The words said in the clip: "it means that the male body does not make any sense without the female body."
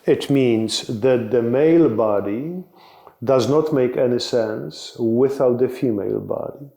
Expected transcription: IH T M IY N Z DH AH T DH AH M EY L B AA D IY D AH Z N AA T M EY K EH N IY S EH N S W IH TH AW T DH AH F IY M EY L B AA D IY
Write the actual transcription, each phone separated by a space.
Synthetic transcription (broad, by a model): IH T M IY N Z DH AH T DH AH M EY L B AA D IY D AH Z N AA T M EY K EH N IY S EH N S W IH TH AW T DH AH F IY M EY L B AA D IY